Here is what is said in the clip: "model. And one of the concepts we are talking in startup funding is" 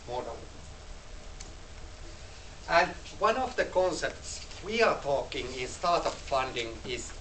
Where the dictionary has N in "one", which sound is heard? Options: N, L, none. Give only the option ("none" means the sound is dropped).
N